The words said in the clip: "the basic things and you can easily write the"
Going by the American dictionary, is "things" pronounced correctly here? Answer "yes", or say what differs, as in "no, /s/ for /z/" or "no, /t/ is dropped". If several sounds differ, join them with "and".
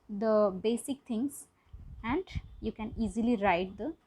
no, /t/ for /θ/